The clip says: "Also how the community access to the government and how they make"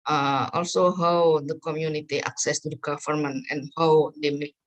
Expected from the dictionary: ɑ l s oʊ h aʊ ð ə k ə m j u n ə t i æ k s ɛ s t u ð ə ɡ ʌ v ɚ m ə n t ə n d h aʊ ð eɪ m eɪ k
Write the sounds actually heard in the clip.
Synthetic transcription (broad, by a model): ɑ l s oʊ h aʊ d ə k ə m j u n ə t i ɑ k s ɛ s t u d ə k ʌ f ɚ m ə n ə n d h aʊ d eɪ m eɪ